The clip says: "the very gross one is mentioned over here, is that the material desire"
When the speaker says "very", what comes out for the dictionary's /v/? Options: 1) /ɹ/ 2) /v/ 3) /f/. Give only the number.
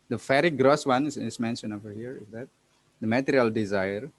3